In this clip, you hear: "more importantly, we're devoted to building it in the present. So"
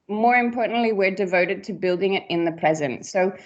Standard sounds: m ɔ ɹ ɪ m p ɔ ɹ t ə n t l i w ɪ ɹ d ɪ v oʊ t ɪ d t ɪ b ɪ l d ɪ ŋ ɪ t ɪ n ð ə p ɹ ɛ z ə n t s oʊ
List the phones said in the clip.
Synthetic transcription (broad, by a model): m ɔ ɹ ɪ m p ɔ ɹ t n t l i w ɪ ɹ d ɪ v oʊ t ɪ d t ɪ b ɪ l d ɪ ŋ ɪ t ɪ n ð ə p ɹ ɛ z ə n t s oʊ